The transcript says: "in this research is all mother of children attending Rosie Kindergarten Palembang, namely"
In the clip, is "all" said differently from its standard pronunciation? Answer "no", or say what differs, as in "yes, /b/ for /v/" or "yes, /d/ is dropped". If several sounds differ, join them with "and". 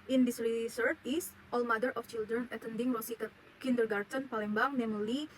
no